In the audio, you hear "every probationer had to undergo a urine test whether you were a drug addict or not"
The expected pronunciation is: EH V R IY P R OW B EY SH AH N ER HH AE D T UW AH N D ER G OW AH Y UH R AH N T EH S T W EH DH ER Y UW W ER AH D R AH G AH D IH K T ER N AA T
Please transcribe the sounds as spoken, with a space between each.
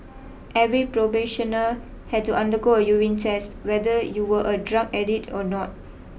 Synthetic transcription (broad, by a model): EH V R IY P R OW B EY SH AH N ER HH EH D T UW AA N D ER G OW AH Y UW W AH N T EH S T W EH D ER Y UW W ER AH D R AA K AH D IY T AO N AA T